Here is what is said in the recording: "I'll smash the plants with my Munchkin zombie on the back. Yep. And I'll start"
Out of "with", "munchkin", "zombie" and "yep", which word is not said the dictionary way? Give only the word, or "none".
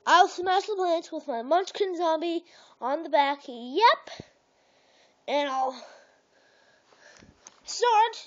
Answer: none